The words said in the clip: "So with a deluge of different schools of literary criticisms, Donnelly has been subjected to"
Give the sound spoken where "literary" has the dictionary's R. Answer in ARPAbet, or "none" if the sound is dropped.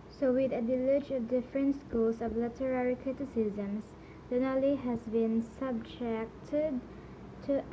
R